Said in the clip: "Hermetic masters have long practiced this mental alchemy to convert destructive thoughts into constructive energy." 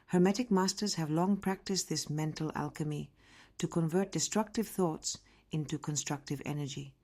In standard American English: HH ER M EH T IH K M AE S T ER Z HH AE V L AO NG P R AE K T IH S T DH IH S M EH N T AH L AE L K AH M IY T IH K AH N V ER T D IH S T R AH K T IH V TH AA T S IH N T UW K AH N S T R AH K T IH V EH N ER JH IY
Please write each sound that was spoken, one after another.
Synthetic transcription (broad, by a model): HH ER M EH T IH K M AE S T ER Z HH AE V L AO NG P R AE K T IH S T DH IH S M EH N T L AE L K AH M IY T IH K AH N V ER T D IH S T R AH K T IH V TH AA T S IH N T UW K AH N S T R AH K T IH V EH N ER JH IY